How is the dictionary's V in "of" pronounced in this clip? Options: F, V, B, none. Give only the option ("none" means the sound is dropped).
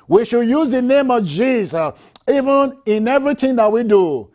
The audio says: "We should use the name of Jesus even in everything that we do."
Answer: V